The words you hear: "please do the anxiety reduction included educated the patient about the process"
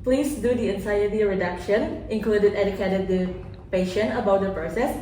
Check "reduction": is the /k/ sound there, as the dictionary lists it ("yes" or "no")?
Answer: yes